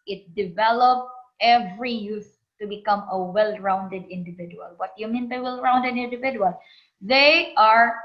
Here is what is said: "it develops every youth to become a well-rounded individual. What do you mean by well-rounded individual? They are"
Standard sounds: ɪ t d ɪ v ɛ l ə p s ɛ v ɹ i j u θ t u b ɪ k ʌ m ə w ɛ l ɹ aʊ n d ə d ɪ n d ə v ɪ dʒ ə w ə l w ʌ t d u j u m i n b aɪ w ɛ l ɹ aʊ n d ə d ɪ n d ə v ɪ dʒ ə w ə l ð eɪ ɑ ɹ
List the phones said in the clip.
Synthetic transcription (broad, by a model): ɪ t d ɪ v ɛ l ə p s ɛ v ɹ i j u s t u b ɪ k ʌ m ə w ɛ l ɹ aʊ n d ə d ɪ n d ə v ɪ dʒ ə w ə l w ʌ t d j u m i n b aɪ w ɛ l ɹ aʊ n d ə d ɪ n d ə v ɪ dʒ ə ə l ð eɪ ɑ ɹ